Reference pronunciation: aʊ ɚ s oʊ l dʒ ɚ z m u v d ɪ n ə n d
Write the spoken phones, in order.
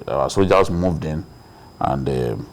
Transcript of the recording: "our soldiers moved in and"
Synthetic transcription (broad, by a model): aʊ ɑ s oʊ dʒ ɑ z m u v d ɪ n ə n d